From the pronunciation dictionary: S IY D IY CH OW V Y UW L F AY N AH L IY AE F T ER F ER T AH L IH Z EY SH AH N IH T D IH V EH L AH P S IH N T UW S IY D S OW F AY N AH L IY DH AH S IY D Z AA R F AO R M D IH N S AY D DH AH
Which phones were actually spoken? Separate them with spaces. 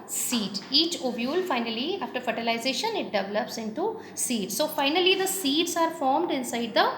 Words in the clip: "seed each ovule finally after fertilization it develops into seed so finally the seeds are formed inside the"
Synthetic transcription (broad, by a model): S IY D IY CH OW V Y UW L F AY N AH L IY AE F T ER F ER T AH L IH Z EY SH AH N IH T D IH V EH L AH P S IH N T UW S IY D S OW F AY N AH L IY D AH S IY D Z AA R F AO R M D IH N S AY D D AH